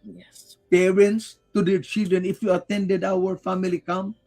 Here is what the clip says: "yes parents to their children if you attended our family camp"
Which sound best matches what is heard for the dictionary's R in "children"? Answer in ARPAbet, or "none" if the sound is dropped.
none